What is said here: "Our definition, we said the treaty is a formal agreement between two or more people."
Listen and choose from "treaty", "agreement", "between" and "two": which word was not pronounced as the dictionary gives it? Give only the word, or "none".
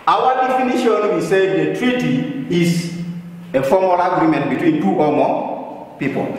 none